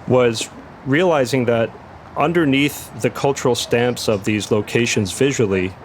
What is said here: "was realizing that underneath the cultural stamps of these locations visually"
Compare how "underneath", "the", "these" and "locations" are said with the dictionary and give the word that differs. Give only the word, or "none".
none